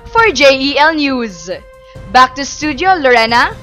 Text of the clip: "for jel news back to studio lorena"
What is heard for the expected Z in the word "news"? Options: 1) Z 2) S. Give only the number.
1